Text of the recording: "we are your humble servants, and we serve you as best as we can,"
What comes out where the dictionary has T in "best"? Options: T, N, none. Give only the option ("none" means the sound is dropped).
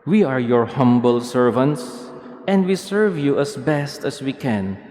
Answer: T